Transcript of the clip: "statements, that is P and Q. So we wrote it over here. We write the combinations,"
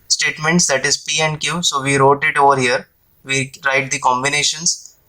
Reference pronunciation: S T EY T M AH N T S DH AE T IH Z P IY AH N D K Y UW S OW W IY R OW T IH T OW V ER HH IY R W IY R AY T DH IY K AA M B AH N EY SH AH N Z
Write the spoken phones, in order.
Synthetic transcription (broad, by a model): S T EY T M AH N T S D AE T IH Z P IY AH N D K Y UW S OW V IY R OW T IH T OW V ER HH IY R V IY R AY T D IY K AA M B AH N EY SH AH N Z